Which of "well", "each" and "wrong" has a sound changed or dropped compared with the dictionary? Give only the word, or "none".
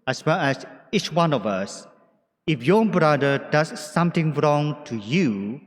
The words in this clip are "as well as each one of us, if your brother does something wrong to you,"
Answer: none